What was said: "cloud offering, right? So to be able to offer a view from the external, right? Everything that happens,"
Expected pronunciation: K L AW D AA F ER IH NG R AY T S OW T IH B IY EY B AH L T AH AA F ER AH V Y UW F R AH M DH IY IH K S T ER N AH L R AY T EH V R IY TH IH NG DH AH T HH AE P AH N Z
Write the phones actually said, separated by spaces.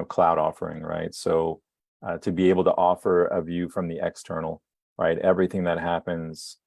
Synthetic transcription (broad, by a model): K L AW D AA F ER IH NG R AY T S OW T IH B IY EY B L T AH AA F ER AH V Y UW F R AH M DH IY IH K S T ER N L R AY T EH V R IY TH IH NG DH AH T HH AE P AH N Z